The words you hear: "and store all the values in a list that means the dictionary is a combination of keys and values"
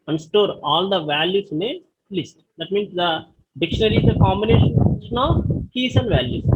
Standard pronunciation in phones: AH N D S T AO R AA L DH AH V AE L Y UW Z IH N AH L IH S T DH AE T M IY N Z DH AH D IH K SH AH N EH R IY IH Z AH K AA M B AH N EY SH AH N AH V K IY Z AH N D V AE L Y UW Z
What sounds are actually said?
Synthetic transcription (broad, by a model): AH N S T AO R AA L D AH V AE L Y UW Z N AH L IH S T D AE T M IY N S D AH D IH K SH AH N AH R IY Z AH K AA M AH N EY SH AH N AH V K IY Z AH N D V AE L Y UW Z